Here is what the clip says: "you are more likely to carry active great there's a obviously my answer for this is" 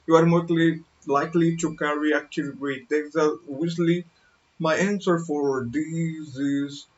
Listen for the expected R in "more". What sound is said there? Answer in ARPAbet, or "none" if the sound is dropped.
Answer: L